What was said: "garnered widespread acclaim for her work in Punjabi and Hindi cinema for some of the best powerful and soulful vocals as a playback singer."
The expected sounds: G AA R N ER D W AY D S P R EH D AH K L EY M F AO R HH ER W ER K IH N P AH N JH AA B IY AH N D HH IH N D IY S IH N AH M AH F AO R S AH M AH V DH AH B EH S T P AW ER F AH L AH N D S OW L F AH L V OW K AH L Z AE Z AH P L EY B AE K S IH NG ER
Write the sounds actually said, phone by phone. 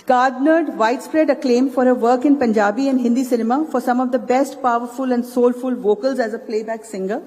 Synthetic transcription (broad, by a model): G AA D N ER D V AY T S P R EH D AH K L EY M F AO R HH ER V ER K IH N P AH N JH AA B IY AH N D HH IH N D IY S IH N AH M AH F AO R S AH M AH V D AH B EH S T P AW ER F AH L AH N D S OW L F AH L V OW K AH L Z AE Z AH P L EY B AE K S IH NG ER